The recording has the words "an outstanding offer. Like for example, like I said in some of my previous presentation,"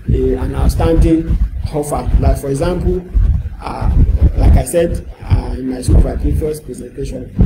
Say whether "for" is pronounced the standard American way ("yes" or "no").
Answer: yes